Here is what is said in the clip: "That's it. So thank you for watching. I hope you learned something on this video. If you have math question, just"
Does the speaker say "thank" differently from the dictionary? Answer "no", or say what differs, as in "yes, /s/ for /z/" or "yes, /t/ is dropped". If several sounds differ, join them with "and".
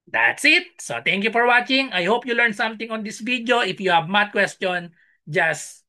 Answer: yes, /t/ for /θ/